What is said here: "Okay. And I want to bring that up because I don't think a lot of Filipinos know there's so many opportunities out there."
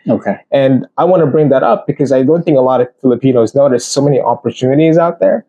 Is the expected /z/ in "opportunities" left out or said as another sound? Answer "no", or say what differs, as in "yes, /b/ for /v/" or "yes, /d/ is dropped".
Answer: no